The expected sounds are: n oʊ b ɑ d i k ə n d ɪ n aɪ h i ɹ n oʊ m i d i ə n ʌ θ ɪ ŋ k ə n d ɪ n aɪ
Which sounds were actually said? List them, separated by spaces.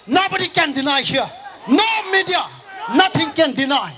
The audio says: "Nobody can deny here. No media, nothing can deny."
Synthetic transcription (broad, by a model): n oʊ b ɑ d i k ə n d ɪ n aɪ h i n oʊ m i d i ə n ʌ t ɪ ŋ k ə n d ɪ n aɪ